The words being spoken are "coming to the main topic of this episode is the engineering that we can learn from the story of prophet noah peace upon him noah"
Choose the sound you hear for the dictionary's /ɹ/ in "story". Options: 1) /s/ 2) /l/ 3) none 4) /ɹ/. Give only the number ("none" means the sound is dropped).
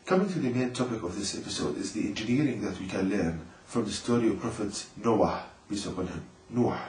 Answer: 4